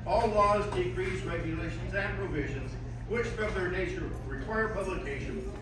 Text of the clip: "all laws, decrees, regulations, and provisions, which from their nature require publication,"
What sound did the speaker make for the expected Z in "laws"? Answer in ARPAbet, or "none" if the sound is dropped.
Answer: Z